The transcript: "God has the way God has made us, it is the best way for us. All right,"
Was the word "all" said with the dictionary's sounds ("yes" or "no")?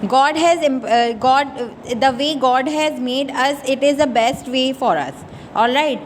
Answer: yes